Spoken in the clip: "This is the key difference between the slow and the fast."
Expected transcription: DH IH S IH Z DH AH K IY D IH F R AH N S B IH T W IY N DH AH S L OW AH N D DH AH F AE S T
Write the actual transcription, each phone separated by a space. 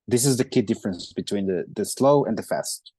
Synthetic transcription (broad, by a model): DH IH S IH Z DH AH K IY D IH F R AH N S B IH T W IY N DH AH S L OW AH N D DH AH F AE S T